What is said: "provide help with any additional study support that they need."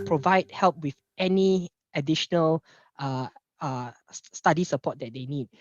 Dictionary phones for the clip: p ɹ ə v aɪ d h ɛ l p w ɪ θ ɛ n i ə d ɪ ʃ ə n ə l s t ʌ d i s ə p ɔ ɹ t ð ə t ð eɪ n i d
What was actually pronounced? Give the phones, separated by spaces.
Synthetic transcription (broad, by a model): p ɹ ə v aɪ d h ɛ l p w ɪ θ ɛ n i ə d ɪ ʃ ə n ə l s t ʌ d i s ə p ɔ t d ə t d eɪ n i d